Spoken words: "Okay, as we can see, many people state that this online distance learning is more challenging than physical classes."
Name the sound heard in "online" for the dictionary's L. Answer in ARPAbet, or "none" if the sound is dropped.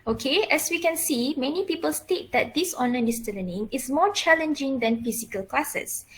none